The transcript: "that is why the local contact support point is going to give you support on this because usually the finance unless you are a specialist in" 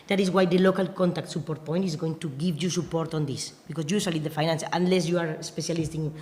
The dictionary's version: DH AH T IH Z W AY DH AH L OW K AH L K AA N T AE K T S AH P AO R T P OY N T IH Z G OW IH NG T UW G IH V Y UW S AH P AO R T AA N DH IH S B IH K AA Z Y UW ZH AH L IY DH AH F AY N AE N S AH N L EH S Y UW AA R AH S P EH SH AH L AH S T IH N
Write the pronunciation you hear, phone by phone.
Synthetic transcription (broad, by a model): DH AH T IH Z W AY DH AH L OW K AH L K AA N T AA K T S AH P AO R T P OY N T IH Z G OW IH NG T UW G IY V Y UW S AH P AO R T AA N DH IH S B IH K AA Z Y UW S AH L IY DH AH F AY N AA N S AH N L EH S Y UW AA R AH S P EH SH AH L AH S T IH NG